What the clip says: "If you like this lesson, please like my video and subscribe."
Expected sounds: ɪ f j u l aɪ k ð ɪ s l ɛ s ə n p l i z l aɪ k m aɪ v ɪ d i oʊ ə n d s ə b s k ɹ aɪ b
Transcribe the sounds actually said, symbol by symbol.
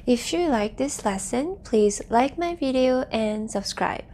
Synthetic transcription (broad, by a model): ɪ f j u l aɪ k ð ɪ s l ɛ s ə n p l i z l aɪ k m aɪ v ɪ d i oʊ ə n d s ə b s k ɹ aɪ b